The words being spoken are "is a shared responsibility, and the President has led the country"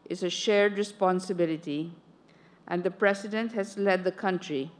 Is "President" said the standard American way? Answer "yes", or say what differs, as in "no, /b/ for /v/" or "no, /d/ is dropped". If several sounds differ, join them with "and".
no, /s/ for /z/